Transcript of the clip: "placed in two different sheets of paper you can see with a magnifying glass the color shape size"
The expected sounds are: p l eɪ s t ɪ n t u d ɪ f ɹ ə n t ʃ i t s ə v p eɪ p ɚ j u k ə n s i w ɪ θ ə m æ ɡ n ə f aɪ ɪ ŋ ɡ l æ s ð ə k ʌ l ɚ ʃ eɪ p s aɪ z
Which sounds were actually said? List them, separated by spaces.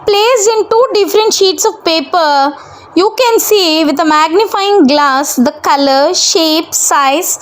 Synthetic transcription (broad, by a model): p l eɪ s ɪ n t u d ɪ f ɹ ə n t ʃ i t s ə v p eɪ p ɚ j u k ə n s i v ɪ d ə m æ ɡ n ə f aɪ ɪ ŋ ɡ l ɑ s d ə k ʌ l ɚ ʃ eɪ p s aɪ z